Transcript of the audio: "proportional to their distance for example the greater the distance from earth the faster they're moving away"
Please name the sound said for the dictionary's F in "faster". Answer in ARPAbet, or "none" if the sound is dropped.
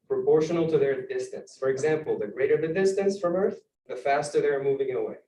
F